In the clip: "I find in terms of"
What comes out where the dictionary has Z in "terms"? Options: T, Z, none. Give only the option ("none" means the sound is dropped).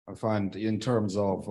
Z